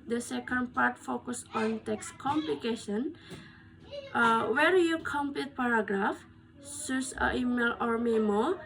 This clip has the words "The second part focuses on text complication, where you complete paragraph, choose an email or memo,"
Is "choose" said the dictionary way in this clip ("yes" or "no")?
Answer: no